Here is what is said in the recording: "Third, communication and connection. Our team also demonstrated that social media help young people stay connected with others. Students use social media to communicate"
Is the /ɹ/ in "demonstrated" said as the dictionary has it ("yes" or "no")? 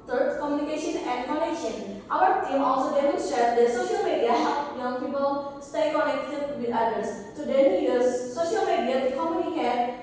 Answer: no